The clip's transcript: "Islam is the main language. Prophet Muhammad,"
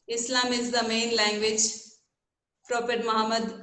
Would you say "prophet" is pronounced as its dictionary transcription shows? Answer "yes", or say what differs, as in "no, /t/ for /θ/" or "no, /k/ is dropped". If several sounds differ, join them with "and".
no, /p/ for /f/